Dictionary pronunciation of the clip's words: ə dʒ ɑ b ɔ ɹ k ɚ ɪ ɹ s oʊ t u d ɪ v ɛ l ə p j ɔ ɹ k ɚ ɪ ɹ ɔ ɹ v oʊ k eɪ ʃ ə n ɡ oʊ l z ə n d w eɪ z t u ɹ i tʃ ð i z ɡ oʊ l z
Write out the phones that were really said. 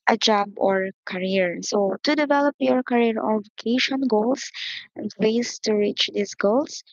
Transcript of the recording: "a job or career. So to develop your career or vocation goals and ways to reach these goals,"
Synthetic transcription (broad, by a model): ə dʒ ɑ b ɔ ɹ k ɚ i ɹ s oʊ t u d ɪ v ɛ l ə p j ɔ ɹ k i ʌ ɹ ɔ ɹ v oʊ k eɪ ʃ ə n ɡ oʊ l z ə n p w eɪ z t u ɹ i tʃ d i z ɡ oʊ l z